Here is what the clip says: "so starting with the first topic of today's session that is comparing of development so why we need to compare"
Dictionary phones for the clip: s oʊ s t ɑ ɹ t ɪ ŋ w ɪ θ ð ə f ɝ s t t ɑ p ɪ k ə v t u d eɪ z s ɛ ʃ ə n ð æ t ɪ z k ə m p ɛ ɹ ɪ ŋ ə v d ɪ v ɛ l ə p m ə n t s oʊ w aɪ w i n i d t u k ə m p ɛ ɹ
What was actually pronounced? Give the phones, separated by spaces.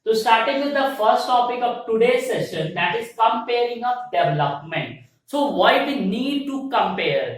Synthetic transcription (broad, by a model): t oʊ s t ɑ ɹ t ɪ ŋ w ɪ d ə f ɝ s t t ɑ p ɪ k ə v t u d eɪ s ɛ ʃ ə n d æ t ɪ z k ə m p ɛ ɹ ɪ ŋ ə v d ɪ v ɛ l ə p m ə n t s oʊ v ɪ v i n i d t u k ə m p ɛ ɹ